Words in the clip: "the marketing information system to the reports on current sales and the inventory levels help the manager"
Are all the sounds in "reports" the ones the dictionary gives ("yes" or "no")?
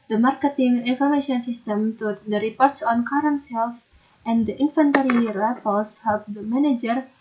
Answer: yes